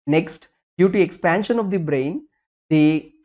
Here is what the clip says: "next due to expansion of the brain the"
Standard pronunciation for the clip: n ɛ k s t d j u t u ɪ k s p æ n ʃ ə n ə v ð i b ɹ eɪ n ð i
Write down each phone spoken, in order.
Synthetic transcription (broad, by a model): n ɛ k s t d j u t u ɪ k s p æ n ʃ ə n ə v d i b ɹ eɪ n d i